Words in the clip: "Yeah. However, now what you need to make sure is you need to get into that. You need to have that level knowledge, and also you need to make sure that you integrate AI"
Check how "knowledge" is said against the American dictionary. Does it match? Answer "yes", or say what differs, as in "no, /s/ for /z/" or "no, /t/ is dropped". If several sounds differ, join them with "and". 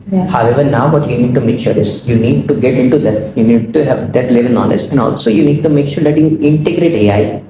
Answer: no, /n/ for /l/